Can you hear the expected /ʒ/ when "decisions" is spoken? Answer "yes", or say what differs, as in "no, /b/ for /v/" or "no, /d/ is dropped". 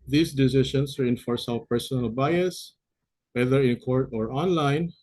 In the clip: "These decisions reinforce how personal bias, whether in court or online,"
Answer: no, /ʃ/ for /ʒ/